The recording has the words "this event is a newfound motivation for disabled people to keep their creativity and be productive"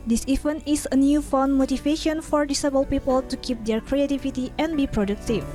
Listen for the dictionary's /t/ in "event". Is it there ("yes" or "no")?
no